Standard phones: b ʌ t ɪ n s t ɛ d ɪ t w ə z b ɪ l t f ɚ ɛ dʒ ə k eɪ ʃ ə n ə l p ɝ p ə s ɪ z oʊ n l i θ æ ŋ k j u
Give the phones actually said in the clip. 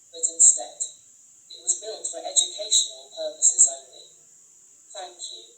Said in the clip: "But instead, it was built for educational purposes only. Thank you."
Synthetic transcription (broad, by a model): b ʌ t ɪ n s t ɛ d ɪ t w ə z b ɪ l t f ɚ ɛ dʒ ə k eɪ ʃ ə n ə l p ɝ p ə s ɪ z oʊ n l i θ æ ŋ k j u